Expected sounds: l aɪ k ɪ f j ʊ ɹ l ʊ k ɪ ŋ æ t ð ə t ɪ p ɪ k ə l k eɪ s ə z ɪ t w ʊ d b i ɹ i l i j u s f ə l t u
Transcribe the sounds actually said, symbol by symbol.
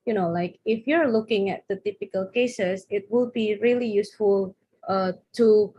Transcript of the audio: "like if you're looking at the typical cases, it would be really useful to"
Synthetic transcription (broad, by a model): l aɪ k ɪ f j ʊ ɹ l ʊ k ɪ ŋ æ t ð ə t ɪ p ɪ k ə l k eɪ s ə s ɪ t w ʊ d b i ɹ i l i j u s f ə l t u